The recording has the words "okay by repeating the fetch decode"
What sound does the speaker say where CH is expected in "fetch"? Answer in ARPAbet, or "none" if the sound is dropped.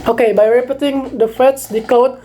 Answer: S